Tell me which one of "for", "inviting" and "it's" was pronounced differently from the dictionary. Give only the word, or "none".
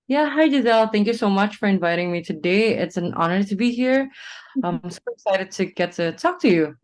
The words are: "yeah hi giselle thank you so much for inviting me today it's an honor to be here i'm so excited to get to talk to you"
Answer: none